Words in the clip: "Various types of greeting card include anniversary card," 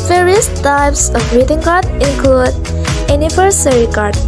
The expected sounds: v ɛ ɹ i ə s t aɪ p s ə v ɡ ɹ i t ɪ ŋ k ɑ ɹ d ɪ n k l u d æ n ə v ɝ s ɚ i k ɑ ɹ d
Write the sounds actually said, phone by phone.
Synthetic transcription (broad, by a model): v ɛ ɹ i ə s t aɪ p s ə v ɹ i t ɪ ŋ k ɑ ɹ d ɪ n k l u d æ n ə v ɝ s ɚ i k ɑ ɹ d